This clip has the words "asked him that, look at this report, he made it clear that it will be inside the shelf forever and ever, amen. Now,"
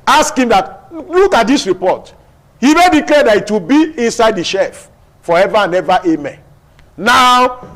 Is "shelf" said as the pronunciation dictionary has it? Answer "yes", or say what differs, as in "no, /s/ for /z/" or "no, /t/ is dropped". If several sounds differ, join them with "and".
no, /l/ is dropped